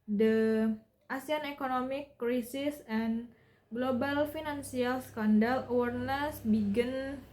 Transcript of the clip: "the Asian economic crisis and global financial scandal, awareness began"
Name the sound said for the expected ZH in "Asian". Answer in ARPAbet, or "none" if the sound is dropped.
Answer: S